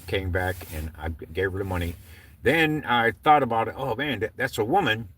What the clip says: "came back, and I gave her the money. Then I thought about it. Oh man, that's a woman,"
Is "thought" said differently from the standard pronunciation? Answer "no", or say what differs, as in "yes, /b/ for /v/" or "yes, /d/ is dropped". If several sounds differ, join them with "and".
no